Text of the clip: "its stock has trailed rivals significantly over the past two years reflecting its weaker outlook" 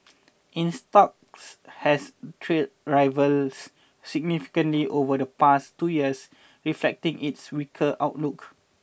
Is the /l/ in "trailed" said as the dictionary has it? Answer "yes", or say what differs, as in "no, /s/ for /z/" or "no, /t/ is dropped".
no, /l/ is dropped